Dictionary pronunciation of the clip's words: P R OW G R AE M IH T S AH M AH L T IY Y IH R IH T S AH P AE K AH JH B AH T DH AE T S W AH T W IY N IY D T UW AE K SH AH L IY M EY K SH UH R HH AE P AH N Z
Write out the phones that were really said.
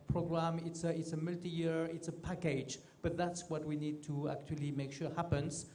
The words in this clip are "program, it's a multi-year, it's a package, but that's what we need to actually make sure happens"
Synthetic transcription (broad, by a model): P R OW G R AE M IH T S AH M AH L T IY Y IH R IH T S AH P AE K AH JH B AH T DH AE T S W AH T W IY N IY D T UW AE K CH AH L IY M EY K SH UH R HH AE P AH N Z